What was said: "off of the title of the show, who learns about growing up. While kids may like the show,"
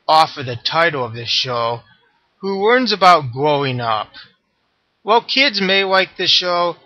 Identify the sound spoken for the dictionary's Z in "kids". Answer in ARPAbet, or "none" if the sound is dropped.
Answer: Z